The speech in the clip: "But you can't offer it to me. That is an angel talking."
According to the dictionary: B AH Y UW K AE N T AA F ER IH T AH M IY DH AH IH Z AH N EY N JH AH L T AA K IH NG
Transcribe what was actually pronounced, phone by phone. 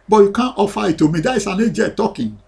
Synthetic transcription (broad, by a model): B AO Y UW K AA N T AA F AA IH T AH M IY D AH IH S AH N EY JH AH T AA K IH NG